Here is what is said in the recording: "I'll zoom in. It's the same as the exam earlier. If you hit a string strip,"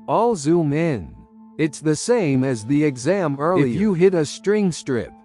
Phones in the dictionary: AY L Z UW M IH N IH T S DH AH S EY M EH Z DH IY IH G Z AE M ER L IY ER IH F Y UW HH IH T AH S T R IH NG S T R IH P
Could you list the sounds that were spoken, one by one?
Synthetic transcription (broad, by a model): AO L Z UW M IH N IH T S DH AH S EY M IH Z DH IY IH G Z AE M ER L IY IH F Y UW HH IH T AH S T R IH NG S T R IH P